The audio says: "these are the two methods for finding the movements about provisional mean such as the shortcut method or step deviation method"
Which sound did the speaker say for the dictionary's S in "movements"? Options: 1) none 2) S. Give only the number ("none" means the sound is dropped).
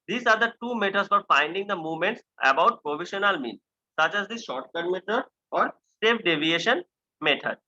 2